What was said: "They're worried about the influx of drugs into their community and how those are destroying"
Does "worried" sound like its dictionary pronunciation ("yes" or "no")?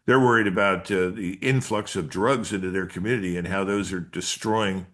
yes